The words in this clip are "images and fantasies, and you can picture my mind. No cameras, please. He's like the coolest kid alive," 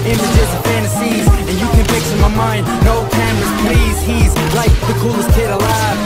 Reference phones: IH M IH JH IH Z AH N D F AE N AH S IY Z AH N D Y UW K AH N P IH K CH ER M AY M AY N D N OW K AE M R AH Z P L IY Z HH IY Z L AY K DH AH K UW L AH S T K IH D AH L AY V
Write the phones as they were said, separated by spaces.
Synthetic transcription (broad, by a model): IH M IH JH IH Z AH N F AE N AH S IY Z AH N Y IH K AH N F IH K S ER M AY M AY N D N OW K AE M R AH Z P L IY Z HH IY Z L AY K DH AH K UW L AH S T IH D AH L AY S